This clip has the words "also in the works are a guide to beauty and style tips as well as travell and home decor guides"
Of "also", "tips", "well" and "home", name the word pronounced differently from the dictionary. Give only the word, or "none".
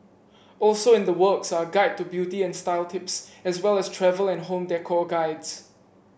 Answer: none